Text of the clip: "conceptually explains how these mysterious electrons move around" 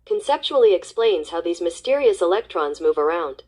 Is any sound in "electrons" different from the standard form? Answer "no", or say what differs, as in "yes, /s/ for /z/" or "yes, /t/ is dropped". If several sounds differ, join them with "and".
no